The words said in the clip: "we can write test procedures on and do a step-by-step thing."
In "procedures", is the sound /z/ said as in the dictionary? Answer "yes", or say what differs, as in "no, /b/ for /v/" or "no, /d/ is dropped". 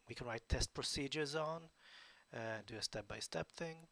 yes